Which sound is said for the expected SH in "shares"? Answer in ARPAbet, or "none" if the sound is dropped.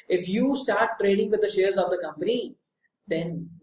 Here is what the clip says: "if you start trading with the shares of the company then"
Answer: SH